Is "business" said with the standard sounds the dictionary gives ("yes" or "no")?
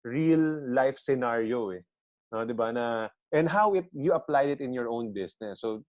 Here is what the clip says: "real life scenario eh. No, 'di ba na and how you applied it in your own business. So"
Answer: no